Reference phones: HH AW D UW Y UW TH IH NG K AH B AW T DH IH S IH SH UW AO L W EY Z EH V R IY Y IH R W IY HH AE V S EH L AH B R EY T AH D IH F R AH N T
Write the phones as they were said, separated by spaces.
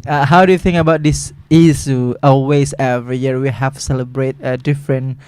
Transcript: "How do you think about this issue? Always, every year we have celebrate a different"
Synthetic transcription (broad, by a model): HH AW D UW Y UW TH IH NG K AH B AW T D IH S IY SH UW AO L W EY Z EH V R IY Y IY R W IY HH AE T S EH L AH B R EY T AH D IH F R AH N